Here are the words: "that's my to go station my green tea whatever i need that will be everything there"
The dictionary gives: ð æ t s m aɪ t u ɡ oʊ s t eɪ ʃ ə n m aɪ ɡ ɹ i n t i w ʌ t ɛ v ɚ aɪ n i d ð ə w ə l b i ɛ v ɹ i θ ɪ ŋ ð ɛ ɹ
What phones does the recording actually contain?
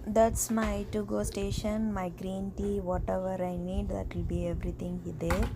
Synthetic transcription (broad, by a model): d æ t s m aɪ t u ɡ oʊ s t eɪ ʃ ə n m aɪ ɡ ɹ i n t i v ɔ t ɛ v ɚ aɪ n i d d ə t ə l b i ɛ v ɹ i t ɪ ŋ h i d